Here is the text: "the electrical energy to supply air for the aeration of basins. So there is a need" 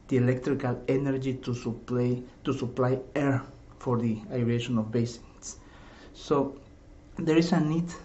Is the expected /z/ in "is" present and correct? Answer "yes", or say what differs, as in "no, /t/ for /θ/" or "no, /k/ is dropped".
no, /s/ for /z/